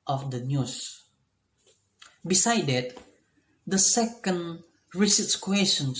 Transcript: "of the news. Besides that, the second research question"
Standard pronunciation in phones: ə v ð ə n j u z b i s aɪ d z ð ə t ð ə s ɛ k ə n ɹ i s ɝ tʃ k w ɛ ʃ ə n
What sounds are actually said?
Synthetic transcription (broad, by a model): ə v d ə n j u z b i s aɪ d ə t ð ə s ɛ k ə n ɹ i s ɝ s k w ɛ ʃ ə n